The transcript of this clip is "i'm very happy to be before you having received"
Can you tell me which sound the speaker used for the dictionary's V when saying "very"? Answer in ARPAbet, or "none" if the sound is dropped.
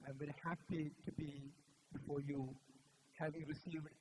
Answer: B